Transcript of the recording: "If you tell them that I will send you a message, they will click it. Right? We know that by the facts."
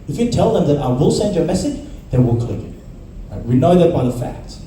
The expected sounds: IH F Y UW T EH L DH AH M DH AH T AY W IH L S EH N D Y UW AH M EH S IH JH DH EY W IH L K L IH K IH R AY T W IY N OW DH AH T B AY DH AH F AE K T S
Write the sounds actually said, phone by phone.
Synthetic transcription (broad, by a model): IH F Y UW T EH L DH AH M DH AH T AY W IH L S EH N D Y AH M EH S IH JH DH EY W IH L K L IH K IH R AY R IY N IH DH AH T B AY DH AH F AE K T S